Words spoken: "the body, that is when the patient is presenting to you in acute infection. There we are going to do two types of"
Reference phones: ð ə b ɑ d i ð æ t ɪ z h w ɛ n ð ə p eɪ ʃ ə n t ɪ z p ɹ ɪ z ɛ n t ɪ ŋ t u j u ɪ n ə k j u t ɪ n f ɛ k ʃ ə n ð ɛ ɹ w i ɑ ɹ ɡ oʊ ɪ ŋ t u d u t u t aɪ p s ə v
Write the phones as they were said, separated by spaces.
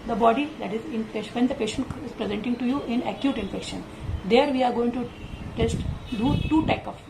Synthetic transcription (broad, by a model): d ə b ɑ d i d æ t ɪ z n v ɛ n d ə p eɪ ʃ ə n t ɪ z p ɹ ɪ z ɛ n t ɪ ŋ t u j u ɪ n ə k j u t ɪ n f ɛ k ʃ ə n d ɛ ɹ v i ɑ ɹ ɡ oʊ ɪ ŋ t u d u t u t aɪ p ə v